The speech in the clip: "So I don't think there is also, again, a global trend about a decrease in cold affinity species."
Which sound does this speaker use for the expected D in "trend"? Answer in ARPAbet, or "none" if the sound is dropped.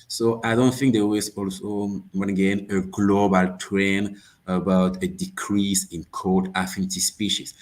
none